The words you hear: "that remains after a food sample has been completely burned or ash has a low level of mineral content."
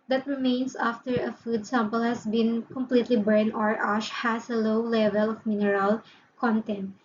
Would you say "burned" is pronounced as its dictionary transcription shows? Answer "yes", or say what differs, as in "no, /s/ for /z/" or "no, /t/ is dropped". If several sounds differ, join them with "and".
no, /d/ is dropped